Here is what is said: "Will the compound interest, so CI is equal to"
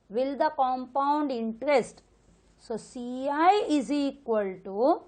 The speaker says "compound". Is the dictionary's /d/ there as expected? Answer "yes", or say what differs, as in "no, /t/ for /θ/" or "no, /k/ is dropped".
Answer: yes